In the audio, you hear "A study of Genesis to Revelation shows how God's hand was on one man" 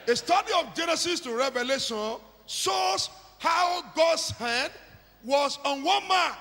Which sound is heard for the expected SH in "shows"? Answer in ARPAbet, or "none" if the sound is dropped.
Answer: S